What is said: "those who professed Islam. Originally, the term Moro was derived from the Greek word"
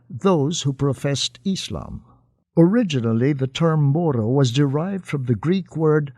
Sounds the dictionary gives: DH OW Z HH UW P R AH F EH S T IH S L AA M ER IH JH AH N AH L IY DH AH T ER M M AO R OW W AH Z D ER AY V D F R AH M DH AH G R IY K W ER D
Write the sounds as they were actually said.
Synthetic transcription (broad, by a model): DH OW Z HH UW P R AH F EH S T IH S L AA M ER IH JH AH N L IY DH AH T ER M M AO R OW W AH Z D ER AY V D F R AH M DH AH G R IY K W ER D